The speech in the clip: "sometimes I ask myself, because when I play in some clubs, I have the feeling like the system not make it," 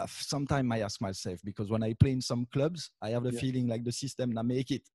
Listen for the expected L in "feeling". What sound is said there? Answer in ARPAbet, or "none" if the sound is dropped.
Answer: L